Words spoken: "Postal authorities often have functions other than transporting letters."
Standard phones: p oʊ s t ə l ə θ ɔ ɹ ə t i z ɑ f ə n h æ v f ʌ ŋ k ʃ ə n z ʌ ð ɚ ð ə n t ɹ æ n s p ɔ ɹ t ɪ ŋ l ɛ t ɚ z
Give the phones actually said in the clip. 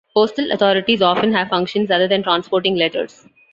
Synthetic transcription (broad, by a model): p oʊ s t ə l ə t ɔ ɹ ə t i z ɑ f ə n h æ v f ʌ ŋ k ʃ ə n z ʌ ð ɚ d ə n t ɹ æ n s p ɔ ɹ t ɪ ŋ l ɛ t ɚ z